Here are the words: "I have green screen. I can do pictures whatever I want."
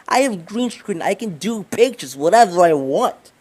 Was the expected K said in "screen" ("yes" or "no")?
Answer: no